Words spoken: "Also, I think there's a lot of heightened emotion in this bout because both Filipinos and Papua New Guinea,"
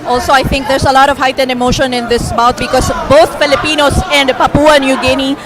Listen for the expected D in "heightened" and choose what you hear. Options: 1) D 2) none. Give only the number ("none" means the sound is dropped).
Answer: 1